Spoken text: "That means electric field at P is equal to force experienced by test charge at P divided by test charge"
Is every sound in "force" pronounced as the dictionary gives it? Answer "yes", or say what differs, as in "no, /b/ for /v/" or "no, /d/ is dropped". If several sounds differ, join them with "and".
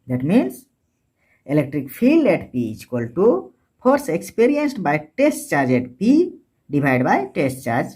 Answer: no, /p/ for /f/